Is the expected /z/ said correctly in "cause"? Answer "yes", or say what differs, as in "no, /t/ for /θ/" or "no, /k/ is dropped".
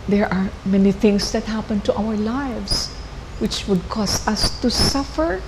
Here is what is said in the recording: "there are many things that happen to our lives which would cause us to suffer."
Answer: no, /s/ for /z/